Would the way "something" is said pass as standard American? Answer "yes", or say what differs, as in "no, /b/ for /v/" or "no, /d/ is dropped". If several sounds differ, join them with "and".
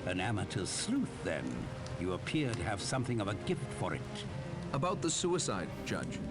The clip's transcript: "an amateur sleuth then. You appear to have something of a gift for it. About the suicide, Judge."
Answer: yes